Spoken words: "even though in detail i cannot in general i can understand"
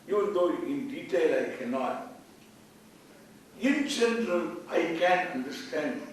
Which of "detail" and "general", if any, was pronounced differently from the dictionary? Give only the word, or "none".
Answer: general